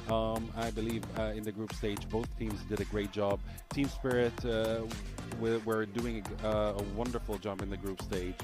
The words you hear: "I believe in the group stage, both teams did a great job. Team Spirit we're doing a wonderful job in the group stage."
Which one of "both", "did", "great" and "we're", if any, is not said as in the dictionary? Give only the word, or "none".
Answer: none